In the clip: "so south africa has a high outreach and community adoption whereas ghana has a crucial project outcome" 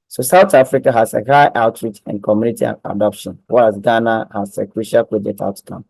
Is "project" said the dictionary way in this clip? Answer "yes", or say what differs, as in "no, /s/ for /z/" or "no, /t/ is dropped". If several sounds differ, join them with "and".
no, /k/ is dropped